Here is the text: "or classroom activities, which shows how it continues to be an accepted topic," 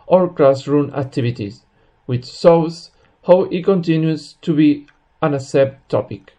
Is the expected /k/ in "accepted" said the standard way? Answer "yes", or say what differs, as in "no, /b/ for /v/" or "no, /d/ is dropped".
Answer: no, /k/ is dropped